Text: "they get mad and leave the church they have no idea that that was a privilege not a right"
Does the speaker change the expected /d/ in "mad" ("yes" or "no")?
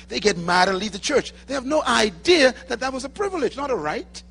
no